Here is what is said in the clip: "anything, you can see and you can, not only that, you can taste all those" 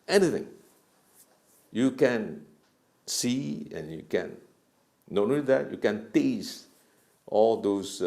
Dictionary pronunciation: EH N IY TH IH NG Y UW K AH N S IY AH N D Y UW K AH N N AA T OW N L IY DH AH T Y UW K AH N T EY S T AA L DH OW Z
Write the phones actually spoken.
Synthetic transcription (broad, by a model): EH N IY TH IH NG Y UW K AH N S IY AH N Y UW K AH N N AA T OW L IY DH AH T Y UW K AH N T EY S T AA L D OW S